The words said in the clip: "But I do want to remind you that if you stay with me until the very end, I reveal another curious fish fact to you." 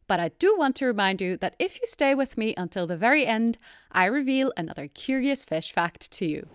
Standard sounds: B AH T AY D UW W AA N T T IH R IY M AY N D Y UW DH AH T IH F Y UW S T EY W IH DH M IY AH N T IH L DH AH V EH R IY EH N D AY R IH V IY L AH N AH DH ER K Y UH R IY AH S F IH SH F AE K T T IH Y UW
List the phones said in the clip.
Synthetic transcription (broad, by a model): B AH T AY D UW W AA N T T IH R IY M AY N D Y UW DH AH T IH F Y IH S T EY W IH DH M IY AH N T IH L DH AH V EH R IY EH N D AY R IH V IY L AH N AH DH ER K Y UH R IY AH S F IH SH F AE K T T IH Y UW